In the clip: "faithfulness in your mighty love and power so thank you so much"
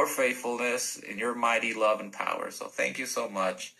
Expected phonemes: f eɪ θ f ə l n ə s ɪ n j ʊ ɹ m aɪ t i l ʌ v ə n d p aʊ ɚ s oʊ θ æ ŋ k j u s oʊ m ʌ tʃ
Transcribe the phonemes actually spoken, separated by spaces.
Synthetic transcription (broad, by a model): f eɪ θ f l n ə s ɪ n j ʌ ɹ m aɪ t i l ʌ v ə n p aʊ ɚ s oʊ θ æ ŋ k j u s oʊ m ʌ tʃ